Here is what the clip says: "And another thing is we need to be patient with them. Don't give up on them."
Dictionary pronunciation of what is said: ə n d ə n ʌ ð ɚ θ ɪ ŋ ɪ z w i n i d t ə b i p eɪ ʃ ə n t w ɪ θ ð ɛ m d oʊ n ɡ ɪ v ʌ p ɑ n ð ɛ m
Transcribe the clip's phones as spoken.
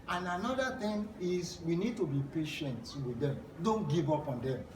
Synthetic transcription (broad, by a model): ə n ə n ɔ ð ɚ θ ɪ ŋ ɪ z w i n i d t ə b i p eɪ ʃ ə n t w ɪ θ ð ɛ m d oʊ n ɡ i v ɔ p ɑ n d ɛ m